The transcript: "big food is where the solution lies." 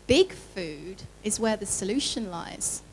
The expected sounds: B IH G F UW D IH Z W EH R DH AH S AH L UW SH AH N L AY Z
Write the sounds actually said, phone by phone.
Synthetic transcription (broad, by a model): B IH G F UW D IH Z W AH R DH AH S AH L UW SH AH N L AY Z